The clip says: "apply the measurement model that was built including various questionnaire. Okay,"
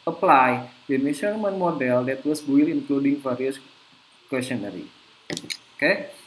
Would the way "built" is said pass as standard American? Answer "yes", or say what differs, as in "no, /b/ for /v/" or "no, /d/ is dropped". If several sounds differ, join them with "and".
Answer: no, /t/ is dropped